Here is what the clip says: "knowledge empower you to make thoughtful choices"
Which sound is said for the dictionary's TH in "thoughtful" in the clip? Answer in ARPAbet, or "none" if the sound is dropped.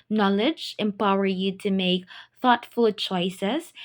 TH